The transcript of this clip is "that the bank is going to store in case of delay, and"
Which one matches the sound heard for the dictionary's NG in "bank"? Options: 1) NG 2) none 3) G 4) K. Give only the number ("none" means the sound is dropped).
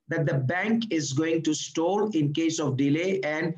1